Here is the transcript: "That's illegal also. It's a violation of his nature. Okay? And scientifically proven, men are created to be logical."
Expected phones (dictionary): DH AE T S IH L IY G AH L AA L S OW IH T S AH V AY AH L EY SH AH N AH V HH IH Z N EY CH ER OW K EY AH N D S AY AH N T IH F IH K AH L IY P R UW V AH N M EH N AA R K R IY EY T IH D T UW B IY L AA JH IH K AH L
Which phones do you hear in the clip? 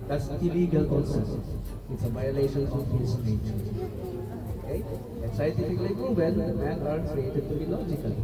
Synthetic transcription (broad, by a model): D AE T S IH L IY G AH L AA N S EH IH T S AH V AY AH L EY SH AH N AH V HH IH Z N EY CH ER OW K EY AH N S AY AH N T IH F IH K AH L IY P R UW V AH L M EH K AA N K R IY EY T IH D T UW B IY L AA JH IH K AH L